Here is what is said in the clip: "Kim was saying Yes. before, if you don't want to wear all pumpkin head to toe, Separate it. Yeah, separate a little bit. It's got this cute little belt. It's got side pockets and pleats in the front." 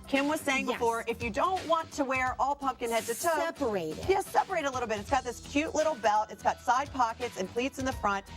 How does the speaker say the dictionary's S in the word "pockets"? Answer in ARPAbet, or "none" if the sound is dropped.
S